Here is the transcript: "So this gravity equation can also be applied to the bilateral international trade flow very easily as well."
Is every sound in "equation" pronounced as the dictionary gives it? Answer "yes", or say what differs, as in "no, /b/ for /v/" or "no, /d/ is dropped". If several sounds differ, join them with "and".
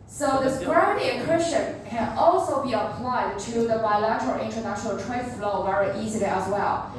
no, /s/ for /ʒ/